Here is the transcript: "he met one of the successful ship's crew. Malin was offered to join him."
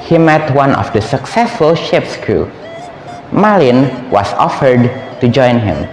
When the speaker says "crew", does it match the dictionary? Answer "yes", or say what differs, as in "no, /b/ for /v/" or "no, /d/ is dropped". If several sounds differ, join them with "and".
no, /ɹ/ is dropped